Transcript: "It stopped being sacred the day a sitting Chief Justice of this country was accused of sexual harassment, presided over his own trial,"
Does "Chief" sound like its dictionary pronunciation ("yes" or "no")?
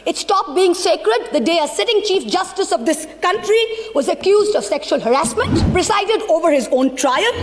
yes